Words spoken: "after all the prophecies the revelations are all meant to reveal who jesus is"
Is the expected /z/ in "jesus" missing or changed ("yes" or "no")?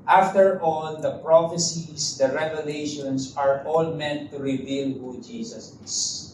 yes